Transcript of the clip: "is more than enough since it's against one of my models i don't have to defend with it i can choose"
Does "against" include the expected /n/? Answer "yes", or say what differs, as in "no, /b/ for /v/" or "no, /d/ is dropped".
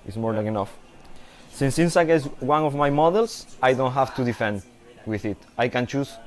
no, /n/ is dropped